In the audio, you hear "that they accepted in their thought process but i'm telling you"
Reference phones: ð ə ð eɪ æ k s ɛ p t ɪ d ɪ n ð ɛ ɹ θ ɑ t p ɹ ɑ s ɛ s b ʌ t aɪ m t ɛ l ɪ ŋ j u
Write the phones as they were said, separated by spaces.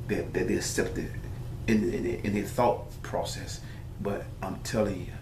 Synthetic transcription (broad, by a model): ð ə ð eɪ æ s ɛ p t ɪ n ɪ n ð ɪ θ ɑ t p ɹ ɑ s ɛ s b ʌ t aɪ m t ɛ l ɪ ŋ